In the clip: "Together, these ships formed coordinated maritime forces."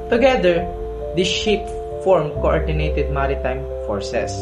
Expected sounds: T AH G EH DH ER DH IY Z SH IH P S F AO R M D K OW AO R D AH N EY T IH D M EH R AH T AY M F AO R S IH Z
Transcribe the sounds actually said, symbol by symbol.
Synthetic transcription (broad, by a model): T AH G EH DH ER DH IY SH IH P F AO R M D K OW AO R D AH N EY T IH D M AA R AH T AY M F AO R S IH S